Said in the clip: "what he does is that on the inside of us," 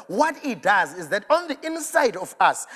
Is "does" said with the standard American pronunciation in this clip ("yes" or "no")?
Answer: yes